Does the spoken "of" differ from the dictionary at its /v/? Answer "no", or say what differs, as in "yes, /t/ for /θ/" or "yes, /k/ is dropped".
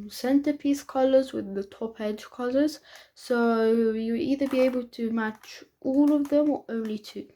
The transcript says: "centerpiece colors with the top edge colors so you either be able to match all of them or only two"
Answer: no